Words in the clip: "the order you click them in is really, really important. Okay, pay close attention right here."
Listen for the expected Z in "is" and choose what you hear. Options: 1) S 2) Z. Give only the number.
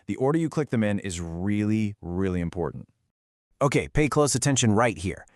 2